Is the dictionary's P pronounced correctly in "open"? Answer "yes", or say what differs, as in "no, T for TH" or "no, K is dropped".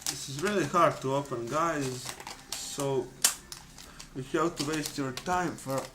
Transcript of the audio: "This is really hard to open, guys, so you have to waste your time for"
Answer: no, F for P